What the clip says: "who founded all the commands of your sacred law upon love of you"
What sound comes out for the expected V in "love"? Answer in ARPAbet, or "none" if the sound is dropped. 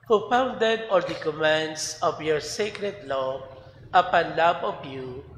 B